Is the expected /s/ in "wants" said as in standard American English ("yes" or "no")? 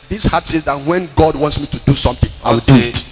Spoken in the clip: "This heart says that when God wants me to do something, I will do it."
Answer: yes